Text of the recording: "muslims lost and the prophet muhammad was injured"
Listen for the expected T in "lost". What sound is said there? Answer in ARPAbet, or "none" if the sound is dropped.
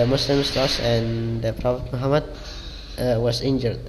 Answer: none